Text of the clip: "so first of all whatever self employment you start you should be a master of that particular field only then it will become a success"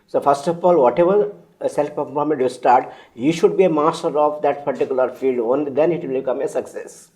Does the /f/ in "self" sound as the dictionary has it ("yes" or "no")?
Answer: no